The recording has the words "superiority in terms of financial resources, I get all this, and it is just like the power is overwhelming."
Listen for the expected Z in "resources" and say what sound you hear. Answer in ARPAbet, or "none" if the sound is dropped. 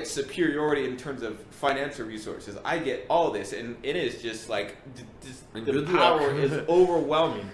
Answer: Z